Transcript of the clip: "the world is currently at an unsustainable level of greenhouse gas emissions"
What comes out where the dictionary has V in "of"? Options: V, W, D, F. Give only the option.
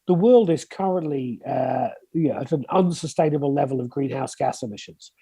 V